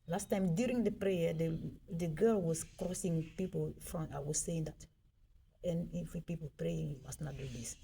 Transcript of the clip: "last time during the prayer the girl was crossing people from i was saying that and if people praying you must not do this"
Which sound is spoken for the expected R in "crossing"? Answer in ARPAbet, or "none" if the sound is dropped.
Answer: R